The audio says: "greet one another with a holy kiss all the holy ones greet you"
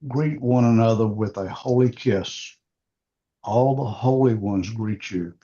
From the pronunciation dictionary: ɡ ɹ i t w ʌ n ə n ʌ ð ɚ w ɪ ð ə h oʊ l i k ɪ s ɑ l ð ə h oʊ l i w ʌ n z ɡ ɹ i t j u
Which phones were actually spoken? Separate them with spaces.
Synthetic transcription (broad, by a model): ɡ ɹ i t w ʌ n ə n ʌ ð ɚ w ɪ ð ə h oʊ l i k ɪ s ɑ l ð ə h oʊ l i w ʌ n z ɡ ɹ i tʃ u